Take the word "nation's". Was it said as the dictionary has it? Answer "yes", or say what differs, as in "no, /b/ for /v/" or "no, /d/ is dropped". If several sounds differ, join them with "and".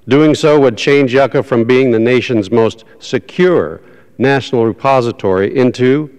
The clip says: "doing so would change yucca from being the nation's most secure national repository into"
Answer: yes